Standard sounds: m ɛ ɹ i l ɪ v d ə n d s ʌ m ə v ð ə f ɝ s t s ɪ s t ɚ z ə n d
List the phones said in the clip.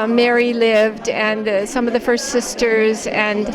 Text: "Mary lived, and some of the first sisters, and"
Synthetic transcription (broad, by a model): m ɛ ɹ i l ɪ v d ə n s ʌ m ə v ð ə f ɝ s t s ɪ s t ɚ z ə n